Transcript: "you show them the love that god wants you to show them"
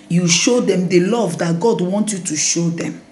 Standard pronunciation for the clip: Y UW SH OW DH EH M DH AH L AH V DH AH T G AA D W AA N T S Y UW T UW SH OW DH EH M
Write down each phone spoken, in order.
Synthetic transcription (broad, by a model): Y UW SH OW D EH M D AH L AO V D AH T G AA D W AA N T Y UW T UW SH OW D EH M